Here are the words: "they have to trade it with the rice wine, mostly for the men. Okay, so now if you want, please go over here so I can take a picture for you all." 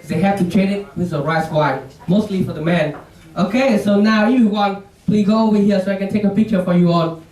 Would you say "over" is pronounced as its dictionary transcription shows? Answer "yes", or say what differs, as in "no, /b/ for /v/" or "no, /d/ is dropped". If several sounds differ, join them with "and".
no, /w/ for /v/